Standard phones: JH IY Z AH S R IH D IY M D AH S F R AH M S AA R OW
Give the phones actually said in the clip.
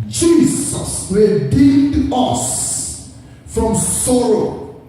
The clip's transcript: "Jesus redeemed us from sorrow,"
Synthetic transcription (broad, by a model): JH IY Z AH S W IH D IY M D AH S F R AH M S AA R OW